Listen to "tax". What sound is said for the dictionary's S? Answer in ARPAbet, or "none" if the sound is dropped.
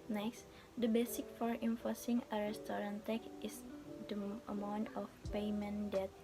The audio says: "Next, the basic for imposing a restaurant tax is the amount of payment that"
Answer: none